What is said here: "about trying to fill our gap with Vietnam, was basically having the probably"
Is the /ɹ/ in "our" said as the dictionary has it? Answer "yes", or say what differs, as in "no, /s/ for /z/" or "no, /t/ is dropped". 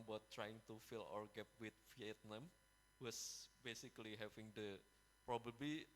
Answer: yes